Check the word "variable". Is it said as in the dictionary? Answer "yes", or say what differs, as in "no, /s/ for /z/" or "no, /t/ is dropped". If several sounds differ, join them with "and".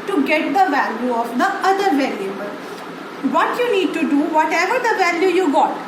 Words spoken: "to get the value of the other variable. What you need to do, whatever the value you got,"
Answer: no, /l/ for /ɹ/